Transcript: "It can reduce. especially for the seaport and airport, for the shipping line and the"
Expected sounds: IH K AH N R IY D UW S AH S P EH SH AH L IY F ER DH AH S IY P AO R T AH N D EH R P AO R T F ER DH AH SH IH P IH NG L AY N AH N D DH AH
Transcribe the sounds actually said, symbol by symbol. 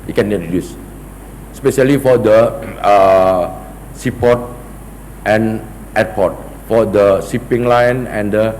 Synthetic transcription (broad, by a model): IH K AH N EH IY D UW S S P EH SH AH L IY F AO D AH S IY P AO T T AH N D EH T P AO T F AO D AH S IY P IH NG L AY N AH N D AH